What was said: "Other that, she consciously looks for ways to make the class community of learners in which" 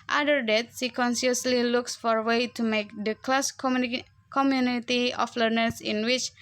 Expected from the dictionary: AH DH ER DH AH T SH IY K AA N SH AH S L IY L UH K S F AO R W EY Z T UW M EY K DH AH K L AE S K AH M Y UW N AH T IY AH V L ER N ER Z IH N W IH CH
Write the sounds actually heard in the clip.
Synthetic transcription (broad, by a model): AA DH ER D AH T S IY K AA N S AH S L IY L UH K S F AO R W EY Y T UW M EY K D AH K L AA S K AH M Y UW N AH T IY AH F L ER N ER S IH N W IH CH